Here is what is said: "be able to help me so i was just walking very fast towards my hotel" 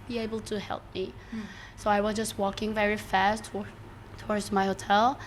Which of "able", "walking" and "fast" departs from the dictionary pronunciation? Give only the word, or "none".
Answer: none